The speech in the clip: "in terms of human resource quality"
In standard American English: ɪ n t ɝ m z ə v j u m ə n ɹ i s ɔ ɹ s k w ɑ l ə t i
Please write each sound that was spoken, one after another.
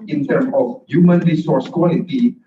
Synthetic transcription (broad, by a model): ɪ n t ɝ m ə f j u m ə n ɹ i s ɔ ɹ s k w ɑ l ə t i